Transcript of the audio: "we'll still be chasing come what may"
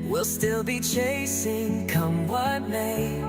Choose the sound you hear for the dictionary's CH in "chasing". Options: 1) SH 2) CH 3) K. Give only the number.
2